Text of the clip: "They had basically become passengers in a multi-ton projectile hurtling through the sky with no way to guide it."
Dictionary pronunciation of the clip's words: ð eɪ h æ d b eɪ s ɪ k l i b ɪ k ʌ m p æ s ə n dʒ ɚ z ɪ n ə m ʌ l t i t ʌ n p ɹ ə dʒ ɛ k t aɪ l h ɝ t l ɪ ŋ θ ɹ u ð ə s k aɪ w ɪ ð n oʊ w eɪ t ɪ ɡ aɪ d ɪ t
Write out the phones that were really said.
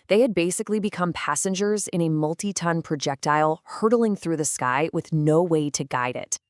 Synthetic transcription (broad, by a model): ð eɪ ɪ d b eɪ s ɪ k l i b ɪ k ʌ m p æ s ə n dʒ ɚ z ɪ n ə m ʌ l t i t ʌ n p ɹ ə dʒ ɛ k t aɪ l h ɝ t l ɪ ŋ θ ɹ u ð ə s k aɪ w ɪ ð n oʊ w eɪ t ɪ ɡ aɪ d ɪ t